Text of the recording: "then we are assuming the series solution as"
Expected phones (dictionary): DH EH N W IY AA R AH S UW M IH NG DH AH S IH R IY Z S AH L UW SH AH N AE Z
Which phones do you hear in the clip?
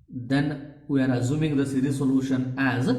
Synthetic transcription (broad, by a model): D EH N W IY AA R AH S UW M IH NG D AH S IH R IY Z S AH L UW SH AH N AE Z